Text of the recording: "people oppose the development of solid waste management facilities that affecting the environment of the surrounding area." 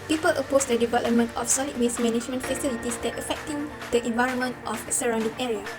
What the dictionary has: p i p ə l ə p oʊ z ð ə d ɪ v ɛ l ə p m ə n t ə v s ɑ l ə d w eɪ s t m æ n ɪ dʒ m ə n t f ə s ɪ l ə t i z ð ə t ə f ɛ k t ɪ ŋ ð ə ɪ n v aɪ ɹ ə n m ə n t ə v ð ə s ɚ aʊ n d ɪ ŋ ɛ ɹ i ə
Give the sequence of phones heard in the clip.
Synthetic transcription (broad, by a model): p i p ə l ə p oʊ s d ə d ɪ v ɛ l ə p m ə n t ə f s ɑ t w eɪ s m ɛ n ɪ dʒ m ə n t f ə s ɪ l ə t i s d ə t ə f ɛ k t ɪ ŋ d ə ɪ n v aɪ ɹ ə n m ə n t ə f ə s ɚ aʊ n d ɪ ŋ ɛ ɹ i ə